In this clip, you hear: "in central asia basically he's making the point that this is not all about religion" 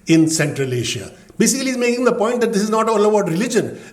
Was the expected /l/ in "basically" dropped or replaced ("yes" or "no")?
yes